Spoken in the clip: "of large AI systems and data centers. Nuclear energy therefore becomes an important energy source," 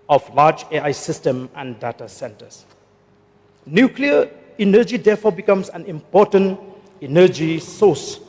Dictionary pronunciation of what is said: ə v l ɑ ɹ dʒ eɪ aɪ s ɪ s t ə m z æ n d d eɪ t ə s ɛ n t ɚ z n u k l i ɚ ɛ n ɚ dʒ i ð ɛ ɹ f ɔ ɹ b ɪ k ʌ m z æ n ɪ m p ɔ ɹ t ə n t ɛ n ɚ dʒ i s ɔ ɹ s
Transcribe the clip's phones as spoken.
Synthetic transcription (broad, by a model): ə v l ɑ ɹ dʒ eɪ aɪ s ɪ s t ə m æ n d d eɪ t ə s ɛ n t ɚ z n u k l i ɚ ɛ n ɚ dʒ i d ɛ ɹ f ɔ b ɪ k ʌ m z æ n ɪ m p ɔ t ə n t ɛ n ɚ dʒ i s ɔ s